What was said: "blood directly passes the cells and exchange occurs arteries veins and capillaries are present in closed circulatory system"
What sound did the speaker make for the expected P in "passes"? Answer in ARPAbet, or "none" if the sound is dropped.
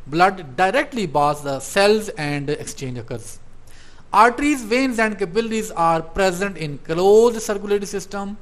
B